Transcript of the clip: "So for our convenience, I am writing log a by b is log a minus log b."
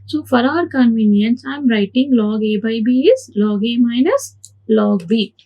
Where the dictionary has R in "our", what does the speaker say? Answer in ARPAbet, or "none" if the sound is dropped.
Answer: R